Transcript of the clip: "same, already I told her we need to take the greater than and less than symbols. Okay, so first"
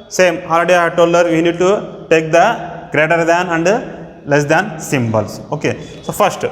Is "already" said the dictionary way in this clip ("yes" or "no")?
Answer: no